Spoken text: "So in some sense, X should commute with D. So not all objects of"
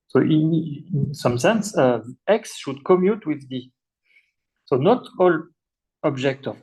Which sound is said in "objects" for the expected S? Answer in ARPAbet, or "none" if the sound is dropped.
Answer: none